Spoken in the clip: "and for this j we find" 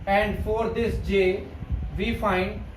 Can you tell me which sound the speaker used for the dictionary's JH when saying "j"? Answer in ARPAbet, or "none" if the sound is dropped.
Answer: JH